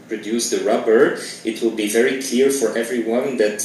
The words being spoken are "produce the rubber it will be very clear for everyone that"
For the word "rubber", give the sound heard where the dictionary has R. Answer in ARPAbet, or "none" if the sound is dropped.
R